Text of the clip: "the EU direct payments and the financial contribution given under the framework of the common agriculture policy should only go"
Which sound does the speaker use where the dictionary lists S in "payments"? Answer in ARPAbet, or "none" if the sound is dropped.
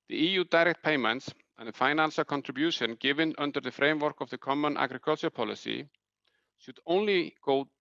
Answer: S